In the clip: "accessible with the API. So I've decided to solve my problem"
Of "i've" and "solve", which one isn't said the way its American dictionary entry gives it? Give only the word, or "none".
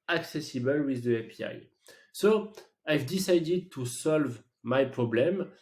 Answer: none